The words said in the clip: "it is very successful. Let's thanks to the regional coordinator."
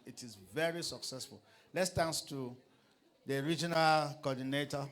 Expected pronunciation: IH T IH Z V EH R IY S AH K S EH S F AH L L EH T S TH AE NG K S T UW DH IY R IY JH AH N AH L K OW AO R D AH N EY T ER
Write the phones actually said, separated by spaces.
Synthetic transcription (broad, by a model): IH T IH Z V EH R IY S AH K S EH S F AH L L EH T S T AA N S T UW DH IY R IY JH AH N AH L K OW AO D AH N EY T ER